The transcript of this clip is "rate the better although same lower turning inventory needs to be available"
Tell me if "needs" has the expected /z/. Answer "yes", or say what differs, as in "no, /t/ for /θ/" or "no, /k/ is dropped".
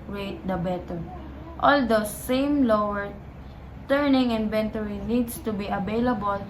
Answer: no, /s/ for /z/